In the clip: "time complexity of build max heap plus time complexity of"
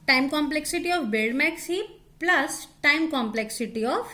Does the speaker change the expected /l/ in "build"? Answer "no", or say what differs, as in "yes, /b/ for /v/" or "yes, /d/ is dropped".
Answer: yes, /l/ is dropped